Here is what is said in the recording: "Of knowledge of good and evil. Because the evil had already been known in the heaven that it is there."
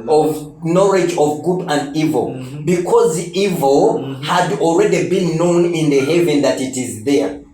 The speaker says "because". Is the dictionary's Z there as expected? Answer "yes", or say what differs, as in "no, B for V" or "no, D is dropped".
yes